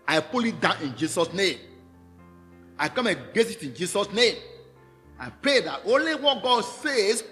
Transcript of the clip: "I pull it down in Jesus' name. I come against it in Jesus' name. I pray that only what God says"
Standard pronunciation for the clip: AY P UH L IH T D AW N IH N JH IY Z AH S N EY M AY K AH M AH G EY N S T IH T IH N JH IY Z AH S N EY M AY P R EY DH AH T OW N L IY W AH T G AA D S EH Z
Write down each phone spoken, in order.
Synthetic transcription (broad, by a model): AY P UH L IH T D AW N IH N JH IY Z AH S N EY M AY K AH M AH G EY S IH T IH N JH IY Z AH S N EY M AY P R EY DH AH T OW N L IY W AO T G AA D S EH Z